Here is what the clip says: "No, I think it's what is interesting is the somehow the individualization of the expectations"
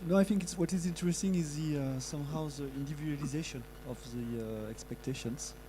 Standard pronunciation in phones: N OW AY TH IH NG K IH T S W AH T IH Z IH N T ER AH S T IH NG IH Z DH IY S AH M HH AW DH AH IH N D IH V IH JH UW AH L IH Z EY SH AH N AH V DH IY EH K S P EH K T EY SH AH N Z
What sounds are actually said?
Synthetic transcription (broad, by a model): N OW AY TH IH NG K IH T S W AH T IH Z IH N T ER AH S T IH NG IH Z DH IY S AH M HH AW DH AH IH N D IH V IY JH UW L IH Z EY SH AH N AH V DH IY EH K S P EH K T EY SH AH N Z